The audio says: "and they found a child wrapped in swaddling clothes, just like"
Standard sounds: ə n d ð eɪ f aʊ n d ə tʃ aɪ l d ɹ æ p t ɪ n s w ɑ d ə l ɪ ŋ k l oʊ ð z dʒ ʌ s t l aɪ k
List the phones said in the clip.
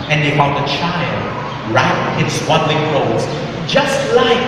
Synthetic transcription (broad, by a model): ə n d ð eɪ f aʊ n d ə tʃ aɪ l d ɹ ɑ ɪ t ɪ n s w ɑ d l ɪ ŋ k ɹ oʊ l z dʒ ʌ s t l aɪ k